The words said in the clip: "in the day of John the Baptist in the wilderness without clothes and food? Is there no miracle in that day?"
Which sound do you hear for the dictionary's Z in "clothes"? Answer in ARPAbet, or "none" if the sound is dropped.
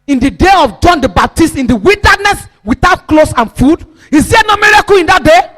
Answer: S